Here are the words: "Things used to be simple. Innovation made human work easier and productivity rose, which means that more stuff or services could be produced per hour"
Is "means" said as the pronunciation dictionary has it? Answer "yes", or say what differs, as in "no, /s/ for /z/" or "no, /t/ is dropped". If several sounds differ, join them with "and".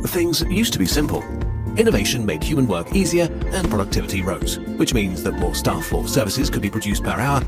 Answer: yes